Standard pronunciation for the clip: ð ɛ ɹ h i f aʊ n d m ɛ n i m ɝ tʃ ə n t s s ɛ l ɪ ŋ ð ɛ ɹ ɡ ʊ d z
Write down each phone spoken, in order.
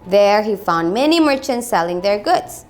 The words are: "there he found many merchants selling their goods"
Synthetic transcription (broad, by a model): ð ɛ ɹ h i f aʊ n d m ɛ n i m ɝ tʃ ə n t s s ɛ l ɪ ŋ ð ɛ ɹ ɡ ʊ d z